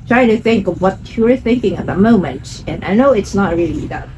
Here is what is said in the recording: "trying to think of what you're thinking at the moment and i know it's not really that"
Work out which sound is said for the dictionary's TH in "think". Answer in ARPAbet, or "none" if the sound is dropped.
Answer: TH